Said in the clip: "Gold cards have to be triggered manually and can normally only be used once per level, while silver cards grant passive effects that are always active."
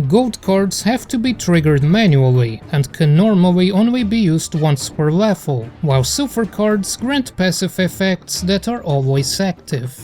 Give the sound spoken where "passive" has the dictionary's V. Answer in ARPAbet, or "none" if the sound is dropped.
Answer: F